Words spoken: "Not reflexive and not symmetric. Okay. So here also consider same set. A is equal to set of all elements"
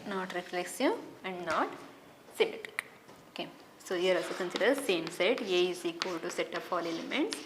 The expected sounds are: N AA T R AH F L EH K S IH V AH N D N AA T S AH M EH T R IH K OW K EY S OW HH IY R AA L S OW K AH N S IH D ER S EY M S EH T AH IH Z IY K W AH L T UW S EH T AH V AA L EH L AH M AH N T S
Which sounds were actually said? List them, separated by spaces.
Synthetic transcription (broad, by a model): N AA T R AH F L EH K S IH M AH N D N AA T S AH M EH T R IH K OW K EY S OW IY R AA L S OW K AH N S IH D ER S EY M S EH T AH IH S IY K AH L T UW S EH T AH P AA L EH L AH M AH N T S